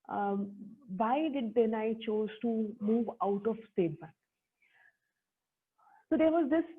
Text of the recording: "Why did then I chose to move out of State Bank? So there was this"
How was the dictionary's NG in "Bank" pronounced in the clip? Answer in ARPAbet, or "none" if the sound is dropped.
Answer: none